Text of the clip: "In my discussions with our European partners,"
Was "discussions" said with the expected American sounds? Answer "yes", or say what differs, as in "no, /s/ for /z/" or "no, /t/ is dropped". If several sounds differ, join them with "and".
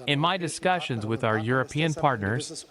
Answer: yes